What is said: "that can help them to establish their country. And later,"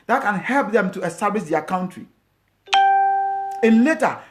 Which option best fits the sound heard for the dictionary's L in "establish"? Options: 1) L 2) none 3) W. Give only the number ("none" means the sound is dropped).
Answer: 2